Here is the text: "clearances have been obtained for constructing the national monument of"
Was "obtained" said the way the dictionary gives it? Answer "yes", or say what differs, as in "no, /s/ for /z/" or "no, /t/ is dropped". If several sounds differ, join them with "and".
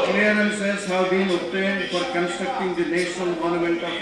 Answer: no, /b/ is dropped